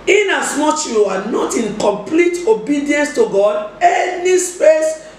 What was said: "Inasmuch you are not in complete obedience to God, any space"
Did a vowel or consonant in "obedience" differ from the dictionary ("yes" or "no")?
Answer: no